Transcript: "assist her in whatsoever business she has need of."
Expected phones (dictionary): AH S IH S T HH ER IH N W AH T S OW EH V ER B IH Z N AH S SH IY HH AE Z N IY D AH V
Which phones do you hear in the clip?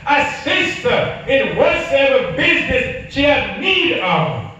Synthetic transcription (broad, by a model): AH S IH S T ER IH N W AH T S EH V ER B IH Z N AH S SH IY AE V N IY D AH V